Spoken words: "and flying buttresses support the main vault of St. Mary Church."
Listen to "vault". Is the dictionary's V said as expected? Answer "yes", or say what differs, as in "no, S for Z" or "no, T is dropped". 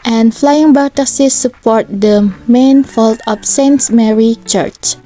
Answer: no, F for V